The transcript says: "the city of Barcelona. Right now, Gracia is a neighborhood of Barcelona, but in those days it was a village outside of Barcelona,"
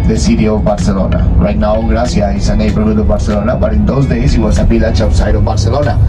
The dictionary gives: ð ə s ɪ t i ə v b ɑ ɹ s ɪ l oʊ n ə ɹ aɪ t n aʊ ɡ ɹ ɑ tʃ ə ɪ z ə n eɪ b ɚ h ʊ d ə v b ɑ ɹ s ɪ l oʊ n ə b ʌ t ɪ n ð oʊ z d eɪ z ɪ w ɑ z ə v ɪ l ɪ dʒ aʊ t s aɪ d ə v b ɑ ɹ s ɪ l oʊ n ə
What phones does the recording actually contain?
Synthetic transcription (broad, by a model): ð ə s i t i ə b ɑ ɹ s ɪ l oʊ n ə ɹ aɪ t n aʊ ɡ ɹ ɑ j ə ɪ s ə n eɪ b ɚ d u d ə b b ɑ ɹ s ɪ l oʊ n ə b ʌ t ɪ n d oʊ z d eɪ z ɪ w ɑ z ə p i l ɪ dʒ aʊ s aɪ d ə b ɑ ɹ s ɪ l oʊ n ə